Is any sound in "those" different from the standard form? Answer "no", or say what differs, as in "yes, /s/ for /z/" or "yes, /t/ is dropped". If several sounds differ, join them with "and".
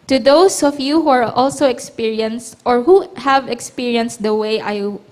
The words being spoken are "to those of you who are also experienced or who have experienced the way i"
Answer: yes, /s/ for /z/